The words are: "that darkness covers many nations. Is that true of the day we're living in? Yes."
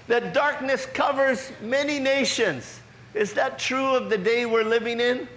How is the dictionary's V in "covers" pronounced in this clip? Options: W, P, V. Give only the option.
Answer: V